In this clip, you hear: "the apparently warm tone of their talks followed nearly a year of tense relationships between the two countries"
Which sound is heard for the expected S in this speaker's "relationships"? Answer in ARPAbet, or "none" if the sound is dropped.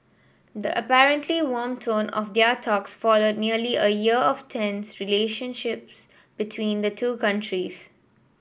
S